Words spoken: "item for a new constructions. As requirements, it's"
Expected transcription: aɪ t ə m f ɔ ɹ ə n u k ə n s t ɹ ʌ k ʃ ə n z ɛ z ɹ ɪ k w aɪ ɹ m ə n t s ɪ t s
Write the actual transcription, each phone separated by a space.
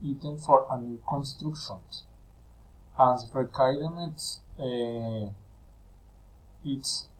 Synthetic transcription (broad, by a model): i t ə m f ɔ ɹ ə n u k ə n s t ɹ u k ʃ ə n s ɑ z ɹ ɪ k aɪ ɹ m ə t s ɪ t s